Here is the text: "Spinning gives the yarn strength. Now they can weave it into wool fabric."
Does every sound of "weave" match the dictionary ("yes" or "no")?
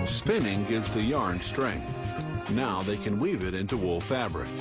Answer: yes